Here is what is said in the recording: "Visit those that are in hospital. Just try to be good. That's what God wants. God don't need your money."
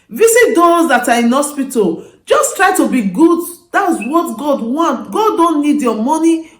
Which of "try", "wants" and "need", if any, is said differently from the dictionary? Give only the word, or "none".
wants